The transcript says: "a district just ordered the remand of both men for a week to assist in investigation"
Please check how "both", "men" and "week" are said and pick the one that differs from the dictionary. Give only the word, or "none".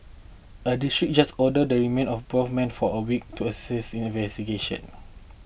both